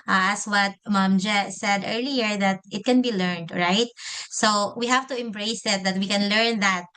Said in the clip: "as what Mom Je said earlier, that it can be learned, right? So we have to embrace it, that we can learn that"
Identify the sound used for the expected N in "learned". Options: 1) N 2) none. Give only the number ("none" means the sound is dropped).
1